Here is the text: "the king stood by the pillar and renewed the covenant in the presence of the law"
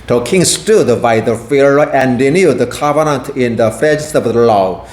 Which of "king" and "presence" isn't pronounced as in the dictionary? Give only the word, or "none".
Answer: presence